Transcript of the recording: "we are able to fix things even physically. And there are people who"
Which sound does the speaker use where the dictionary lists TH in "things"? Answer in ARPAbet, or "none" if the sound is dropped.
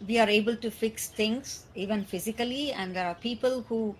T